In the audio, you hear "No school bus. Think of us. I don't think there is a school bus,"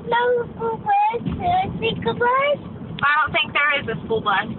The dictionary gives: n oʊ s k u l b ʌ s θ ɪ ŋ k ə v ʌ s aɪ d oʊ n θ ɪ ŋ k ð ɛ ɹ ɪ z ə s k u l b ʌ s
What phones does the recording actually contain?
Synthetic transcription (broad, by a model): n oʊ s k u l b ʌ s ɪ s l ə b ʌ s aɪ d oʊ n θ ɪ ŋ k ð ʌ ɹ ɪ z ə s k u l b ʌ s